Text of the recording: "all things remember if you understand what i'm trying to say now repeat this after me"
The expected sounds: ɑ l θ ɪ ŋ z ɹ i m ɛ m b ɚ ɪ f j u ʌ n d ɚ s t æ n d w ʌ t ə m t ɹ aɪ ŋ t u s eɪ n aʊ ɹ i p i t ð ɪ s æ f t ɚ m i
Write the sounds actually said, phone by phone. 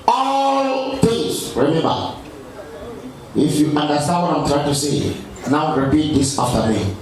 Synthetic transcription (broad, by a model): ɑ l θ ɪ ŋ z ɹ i m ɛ m b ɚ ɪ f j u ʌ n d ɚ s t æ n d w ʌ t ə m t ɹ aɪ ŋ t u s eɪ n aʊ ɹ i p i t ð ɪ s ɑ f t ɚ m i